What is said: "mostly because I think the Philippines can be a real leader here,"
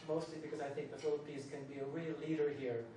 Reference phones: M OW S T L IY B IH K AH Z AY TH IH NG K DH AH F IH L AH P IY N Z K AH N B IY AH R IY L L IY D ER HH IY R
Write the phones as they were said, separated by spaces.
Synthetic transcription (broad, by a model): M OW S T L IY B IH K AH Z AY TH IH NG K DH AH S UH L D P IY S K AH N B IY AH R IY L L IY D ER HH IY R